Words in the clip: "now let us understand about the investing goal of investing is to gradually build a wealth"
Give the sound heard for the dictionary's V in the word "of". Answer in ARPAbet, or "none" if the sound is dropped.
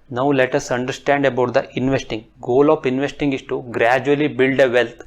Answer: P